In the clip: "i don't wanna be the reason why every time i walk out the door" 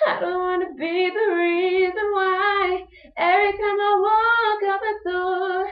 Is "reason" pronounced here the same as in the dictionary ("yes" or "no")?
yes